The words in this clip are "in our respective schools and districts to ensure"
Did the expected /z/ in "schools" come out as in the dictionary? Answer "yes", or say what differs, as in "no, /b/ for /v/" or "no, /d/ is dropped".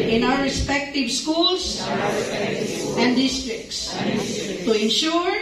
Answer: no, /s/ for /z/